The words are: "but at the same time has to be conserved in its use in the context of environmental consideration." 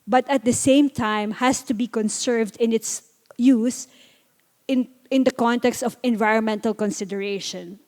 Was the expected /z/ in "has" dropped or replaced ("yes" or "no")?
yes